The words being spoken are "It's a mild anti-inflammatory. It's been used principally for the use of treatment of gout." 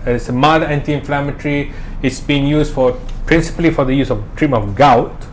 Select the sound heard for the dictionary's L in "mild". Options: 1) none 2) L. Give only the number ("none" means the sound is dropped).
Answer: 1